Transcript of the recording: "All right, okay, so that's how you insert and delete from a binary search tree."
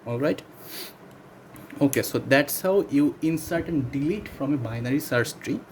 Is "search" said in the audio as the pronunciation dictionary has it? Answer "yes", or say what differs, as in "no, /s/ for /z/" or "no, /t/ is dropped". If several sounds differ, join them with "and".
no, /s/ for /tʃ/